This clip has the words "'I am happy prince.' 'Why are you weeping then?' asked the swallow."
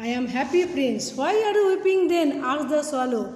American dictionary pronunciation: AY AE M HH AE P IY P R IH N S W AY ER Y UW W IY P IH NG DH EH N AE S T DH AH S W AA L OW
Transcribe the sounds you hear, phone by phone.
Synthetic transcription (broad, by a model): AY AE M HH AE P IY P R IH N S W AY ER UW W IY P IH NG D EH N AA T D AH S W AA L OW